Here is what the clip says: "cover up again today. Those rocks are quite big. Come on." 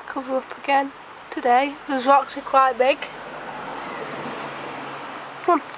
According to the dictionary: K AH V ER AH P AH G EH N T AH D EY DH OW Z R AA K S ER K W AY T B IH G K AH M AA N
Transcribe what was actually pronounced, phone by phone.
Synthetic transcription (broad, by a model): K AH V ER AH P AH G EH N T AH D EY DH OW Z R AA K S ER K W AY T B IH G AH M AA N